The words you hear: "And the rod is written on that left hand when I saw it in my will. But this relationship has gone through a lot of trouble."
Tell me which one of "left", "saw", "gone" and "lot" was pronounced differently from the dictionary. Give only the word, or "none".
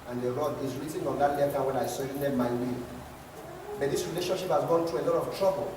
left